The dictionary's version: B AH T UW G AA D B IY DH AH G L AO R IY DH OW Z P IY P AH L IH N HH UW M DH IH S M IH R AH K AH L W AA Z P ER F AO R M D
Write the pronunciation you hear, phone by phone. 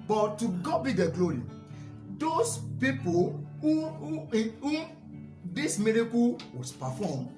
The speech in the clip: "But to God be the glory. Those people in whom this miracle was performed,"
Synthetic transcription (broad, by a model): B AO T UW G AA B IY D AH G L AO R IY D OW S P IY P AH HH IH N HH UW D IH S M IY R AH K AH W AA S P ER F AO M